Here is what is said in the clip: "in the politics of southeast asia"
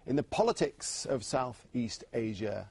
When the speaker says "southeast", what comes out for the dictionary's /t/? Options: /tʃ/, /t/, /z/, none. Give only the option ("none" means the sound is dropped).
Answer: /t/